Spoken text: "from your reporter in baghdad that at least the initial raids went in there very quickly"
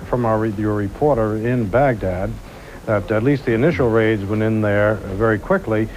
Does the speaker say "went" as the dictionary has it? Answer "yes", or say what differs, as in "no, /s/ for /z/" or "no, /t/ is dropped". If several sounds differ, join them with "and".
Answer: no, /t/ is dropped